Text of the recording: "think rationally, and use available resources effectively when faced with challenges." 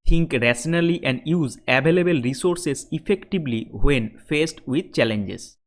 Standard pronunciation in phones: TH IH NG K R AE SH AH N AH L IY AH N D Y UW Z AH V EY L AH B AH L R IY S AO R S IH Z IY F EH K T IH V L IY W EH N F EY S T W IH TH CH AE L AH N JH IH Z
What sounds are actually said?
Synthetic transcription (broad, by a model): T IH NG K R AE S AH N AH L IY AH N D Y UW Z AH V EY L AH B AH L R IY S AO R S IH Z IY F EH K T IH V L IY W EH N F EY S T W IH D CH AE L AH N JH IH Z